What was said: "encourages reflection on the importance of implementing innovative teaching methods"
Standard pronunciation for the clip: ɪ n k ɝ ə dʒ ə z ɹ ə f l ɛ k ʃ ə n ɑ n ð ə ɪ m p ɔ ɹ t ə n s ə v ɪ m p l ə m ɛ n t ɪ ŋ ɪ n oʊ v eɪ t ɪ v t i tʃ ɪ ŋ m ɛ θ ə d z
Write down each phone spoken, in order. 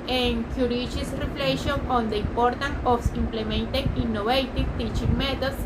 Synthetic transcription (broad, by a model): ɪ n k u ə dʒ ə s ɹ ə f l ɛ ʃ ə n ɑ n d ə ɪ m p ɔ ɹ t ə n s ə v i m p l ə m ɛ n t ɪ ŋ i n oʊ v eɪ t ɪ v t i tʃ ɪ ŋ m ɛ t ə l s